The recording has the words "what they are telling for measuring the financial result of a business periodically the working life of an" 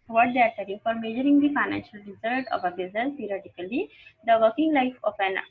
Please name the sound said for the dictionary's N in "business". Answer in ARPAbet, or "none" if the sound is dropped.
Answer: none